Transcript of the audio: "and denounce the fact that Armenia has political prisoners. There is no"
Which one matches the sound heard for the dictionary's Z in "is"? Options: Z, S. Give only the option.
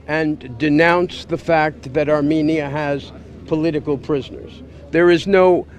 Z